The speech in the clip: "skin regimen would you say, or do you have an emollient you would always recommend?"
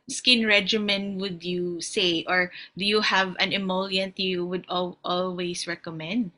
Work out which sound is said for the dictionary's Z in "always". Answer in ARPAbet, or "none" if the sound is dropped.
S